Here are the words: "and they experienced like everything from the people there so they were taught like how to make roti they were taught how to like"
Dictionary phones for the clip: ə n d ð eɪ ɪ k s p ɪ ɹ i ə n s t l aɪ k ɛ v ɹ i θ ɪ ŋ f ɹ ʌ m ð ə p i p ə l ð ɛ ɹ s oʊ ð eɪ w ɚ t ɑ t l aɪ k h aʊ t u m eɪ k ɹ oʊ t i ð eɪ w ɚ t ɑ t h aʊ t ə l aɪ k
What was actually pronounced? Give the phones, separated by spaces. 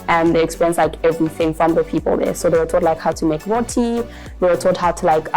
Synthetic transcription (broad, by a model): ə n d ð eɪ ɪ k s p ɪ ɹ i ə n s l aɪ k ɛ v ɹ i θ ɪ ŋ f ɹ ʌ m ð ə p i p ə l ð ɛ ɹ s oʊ ð eɪ w ɚ t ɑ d l aɪ k h aʊ t u m eɪ k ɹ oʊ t i ð eɪ w ɚ t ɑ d h aʊ t ə l aɪ k